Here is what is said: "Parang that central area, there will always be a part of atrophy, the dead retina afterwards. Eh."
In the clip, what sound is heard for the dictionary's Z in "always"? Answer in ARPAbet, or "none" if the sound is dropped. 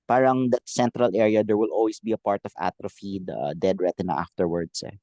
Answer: S